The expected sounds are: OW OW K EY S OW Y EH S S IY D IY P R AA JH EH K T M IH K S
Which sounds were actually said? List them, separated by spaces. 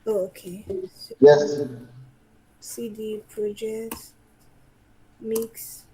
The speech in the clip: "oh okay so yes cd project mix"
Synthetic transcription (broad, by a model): OW OW K EY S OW Y EH S S IY D IY P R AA JH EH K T M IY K S